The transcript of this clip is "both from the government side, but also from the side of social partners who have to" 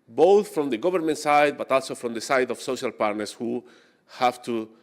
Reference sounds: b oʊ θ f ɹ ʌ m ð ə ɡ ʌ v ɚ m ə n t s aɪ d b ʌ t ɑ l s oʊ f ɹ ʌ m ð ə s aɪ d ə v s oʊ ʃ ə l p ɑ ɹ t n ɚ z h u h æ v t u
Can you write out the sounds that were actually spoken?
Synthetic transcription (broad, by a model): b oʊ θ f ɹ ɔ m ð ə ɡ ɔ b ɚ m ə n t s aɪ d b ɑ t ɑ l s oʊ f ɹ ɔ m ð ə s aɪ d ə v s oʊ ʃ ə l p ɑ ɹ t n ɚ s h u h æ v t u